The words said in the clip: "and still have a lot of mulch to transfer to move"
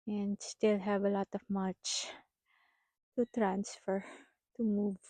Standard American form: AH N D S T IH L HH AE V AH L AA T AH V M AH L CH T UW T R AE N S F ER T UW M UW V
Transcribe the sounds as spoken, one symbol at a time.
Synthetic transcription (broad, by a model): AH N D S T IH L HH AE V AH L AA T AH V M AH CH T UW T R AE N S F ER T UW M UW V